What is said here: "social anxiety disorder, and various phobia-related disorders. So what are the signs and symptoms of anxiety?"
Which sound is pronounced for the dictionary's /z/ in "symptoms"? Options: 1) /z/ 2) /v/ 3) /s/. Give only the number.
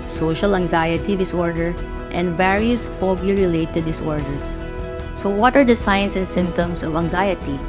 3